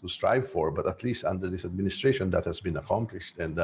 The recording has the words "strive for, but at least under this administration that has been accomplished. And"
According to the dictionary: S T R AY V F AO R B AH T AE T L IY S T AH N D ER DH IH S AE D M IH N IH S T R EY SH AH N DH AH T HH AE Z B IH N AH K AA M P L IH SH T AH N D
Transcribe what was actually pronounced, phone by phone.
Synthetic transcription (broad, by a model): S T R AY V F AO R B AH T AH T L IY S T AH N D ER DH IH S AE D M IH N IH S T R EY SH AH N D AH T HH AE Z B IH N AH K AA M P L IH SH T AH N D